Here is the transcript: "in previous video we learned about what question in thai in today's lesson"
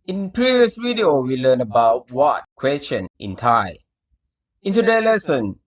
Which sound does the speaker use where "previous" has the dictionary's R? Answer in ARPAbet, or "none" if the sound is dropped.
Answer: R